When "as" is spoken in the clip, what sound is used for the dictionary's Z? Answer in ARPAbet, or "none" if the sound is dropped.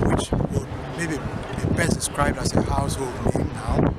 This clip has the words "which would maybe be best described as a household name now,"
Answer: S